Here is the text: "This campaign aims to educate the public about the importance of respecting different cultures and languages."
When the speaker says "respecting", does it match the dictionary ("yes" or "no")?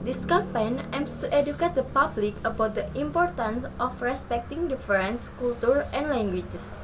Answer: yes